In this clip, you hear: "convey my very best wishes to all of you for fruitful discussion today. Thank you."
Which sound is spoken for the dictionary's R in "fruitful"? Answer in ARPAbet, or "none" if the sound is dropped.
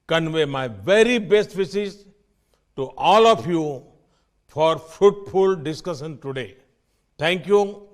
none